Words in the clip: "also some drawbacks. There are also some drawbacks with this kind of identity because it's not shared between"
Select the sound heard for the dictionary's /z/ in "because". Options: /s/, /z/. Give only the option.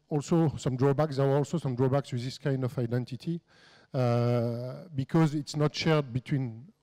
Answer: /z/